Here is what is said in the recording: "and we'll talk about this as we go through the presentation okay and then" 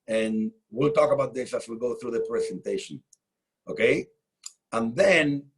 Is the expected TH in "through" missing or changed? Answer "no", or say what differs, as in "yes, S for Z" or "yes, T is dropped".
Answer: no